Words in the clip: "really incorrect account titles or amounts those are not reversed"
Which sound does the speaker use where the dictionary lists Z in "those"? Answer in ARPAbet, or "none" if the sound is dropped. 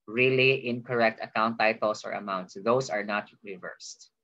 S